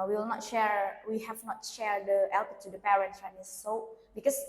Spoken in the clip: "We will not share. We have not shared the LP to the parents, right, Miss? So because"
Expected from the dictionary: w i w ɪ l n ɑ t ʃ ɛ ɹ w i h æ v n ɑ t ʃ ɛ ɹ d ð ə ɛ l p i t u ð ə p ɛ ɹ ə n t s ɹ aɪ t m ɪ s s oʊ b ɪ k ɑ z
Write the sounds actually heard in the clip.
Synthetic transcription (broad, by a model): w i w ɪ l n ɑ t ʃ ɛ ɹ w i h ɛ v n ɑ t ʃ ɛ ɹ d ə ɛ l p t u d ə p ɛ ɹ ə n t s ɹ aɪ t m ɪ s s oʊ b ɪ k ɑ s